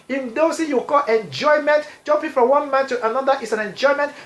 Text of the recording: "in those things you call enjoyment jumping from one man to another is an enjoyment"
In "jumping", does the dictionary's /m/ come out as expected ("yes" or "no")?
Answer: no